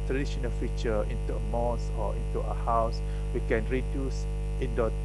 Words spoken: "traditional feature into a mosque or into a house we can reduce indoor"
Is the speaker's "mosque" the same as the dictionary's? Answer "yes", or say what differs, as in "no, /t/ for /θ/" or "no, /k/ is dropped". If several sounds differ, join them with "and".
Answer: no, /k/ is dropped